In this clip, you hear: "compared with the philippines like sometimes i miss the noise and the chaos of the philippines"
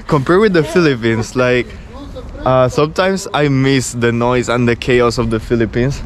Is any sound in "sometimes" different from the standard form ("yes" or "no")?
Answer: yes